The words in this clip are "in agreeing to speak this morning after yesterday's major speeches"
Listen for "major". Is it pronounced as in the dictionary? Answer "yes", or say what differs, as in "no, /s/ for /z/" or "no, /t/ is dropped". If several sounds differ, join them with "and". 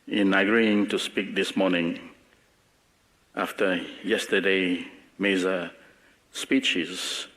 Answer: no, /z/ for /dʒ/